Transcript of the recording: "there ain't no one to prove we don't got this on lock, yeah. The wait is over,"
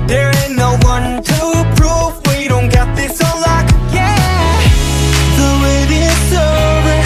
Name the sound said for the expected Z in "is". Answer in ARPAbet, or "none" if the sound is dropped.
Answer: S